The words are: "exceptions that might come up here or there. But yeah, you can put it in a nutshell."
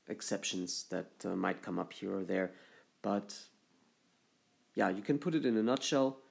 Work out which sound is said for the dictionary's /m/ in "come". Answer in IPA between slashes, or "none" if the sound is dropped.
/m/